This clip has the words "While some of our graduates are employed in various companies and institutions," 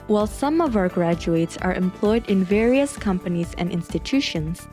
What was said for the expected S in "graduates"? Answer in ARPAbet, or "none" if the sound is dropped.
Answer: S